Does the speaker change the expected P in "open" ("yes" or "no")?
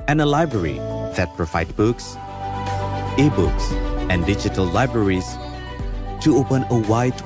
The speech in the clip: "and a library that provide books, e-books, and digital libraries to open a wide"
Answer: no